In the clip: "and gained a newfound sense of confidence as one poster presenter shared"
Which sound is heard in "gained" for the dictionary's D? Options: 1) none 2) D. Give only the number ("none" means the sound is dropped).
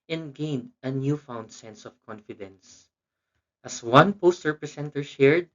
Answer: 2